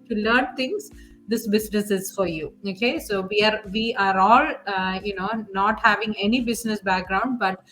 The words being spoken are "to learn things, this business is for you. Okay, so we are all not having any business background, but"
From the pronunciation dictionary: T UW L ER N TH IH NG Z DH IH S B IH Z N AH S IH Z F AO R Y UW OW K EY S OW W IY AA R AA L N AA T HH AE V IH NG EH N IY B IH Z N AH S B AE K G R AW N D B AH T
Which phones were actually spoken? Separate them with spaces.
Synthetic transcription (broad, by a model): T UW L ER N T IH NG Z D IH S B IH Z N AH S IH Z F AO R Y UW OW K EY S OW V IY AA R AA L N AA T HH AE V IH NG EH N IY B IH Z N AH S B AE K G R AW N D B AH T